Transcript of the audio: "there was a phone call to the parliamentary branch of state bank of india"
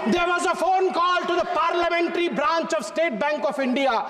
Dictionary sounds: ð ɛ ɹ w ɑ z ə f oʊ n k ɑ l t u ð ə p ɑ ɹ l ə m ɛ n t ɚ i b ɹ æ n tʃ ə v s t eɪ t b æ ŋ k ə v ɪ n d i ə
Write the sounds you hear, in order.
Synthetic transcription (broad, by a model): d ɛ ɹ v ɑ z ə f oʊ n k ɑ l t u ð ə p ɑ ɹ l ə m ɛ n t ɚ i b ɹ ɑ n tʃ ə v s t eɪ t b æ ŋ k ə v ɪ n d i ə